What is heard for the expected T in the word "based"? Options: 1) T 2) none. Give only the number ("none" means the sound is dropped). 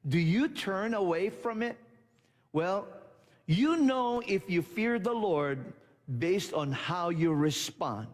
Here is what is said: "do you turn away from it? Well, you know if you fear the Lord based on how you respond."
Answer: 1